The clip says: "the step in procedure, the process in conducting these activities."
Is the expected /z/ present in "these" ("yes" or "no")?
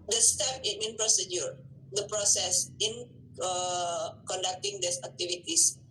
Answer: no